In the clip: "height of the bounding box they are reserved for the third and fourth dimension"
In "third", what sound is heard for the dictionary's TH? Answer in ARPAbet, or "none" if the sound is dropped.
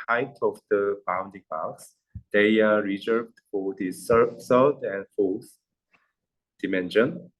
S